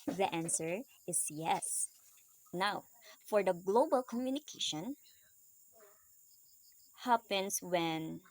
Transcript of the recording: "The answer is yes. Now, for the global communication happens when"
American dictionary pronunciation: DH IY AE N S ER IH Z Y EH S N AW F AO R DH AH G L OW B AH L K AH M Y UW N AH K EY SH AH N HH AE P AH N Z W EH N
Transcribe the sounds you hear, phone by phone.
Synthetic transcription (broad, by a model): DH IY AE N S ER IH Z Y EH S N AW F AO R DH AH G L OW B AH L K AH M Y UW N AH K EY SH AH N HH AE P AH N S W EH N